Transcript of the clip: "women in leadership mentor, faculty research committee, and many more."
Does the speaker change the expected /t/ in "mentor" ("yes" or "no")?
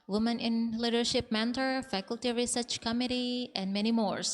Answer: no